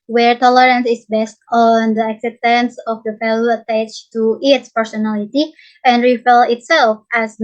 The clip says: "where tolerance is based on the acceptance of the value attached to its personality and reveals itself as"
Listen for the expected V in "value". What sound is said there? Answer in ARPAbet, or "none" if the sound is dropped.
F